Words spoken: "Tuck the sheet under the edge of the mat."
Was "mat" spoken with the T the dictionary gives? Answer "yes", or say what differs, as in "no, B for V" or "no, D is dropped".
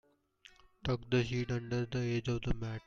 no, T is dropped